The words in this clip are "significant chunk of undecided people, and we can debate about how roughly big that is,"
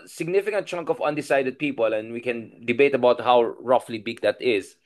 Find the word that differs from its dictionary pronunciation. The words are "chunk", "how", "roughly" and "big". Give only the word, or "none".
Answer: none